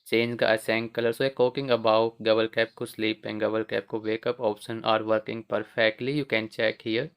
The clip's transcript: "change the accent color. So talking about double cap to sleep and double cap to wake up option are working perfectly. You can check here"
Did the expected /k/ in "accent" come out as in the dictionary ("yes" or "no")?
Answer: no